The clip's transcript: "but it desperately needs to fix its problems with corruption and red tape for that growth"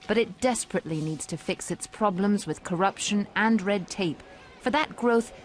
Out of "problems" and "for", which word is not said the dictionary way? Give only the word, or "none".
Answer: none